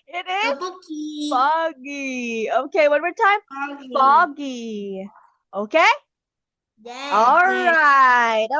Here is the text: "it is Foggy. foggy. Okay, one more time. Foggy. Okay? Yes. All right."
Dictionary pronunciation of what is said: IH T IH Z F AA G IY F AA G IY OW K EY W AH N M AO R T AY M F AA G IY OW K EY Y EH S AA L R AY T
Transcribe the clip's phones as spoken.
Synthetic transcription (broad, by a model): IH T IH Z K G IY F AA G IY OW K EY W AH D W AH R T AY M F AA G IY OW K EY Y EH AA L R AY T